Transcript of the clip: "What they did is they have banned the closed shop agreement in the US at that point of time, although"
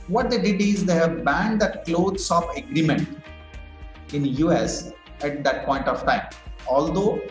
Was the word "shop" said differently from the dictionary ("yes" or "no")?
yes